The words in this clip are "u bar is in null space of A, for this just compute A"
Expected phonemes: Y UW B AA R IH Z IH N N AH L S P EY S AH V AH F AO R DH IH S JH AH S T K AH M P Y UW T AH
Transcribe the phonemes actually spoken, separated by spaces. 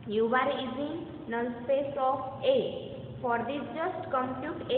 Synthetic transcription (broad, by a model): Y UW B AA R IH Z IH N N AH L S P EY S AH F AH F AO R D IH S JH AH S T K AH M P Y UW T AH